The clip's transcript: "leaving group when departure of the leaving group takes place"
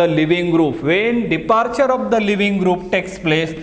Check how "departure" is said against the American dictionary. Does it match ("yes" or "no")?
yes